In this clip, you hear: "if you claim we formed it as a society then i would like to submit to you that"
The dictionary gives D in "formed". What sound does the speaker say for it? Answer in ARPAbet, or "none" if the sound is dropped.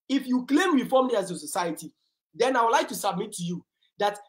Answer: none